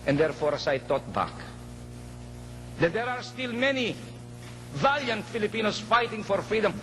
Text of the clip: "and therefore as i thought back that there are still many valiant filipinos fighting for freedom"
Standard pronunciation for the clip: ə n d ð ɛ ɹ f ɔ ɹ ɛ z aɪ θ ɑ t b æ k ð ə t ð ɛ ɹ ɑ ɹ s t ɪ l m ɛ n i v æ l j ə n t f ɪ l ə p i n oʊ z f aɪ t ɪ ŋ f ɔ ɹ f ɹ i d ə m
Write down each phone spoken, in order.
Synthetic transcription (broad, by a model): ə n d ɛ ɹ f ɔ ɹ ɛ s aɪ t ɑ t b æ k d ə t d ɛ ɹ ɑ ɹ s t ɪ l m ɛ n i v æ l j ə n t f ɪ l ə p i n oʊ s f aɪ t ɪ ŋ f ɔ ɹ f ɹ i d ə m